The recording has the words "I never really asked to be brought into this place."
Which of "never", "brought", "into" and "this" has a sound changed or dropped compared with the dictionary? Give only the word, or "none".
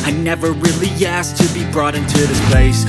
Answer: none